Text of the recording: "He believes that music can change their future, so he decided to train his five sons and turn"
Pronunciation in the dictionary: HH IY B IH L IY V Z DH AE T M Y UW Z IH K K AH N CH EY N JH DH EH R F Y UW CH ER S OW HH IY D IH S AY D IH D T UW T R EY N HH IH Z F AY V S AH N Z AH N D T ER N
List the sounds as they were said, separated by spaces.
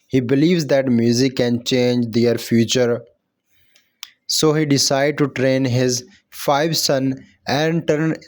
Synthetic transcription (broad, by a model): HH IY B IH L IY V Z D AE T M Y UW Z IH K K AH N CH EY N JH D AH R F Y UW CH ER S OW HH IY D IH S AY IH D T UW T R EY N HH IH Z F AY V S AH N AH N D T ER N